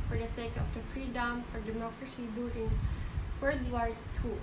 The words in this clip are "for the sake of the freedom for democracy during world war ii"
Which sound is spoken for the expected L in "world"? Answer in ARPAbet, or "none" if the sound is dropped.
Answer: none